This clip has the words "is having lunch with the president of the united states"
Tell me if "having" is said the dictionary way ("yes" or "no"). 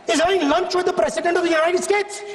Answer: no